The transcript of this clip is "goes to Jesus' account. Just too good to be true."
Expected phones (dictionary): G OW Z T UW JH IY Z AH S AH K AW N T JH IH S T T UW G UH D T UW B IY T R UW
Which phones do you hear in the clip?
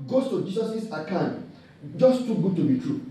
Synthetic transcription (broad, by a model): G OW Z T UW JH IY S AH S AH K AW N JH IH S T T UW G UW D T UW B IY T R UW